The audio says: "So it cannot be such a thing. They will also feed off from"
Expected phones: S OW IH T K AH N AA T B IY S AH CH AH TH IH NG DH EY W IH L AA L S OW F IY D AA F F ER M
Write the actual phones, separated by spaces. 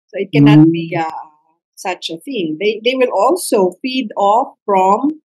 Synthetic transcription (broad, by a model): S OW IH T K AH N AA T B IY S AH CH AH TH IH NG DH EY W IH L AA L S OW F IY D AA F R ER M